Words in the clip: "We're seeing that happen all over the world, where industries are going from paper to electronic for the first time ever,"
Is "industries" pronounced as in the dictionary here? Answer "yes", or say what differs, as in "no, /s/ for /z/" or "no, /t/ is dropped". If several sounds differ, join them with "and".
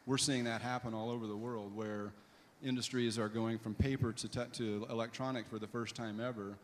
yes